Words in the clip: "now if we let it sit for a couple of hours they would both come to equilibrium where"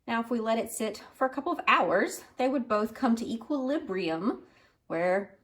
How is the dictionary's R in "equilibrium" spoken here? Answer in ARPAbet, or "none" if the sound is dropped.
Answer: R